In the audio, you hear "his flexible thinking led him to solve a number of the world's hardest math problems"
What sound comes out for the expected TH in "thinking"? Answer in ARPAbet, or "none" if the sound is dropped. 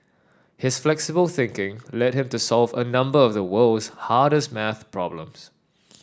TH